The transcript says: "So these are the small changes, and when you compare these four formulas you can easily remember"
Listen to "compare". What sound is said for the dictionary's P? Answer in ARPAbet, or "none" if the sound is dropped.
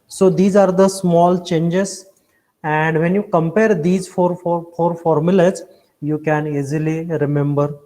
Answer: P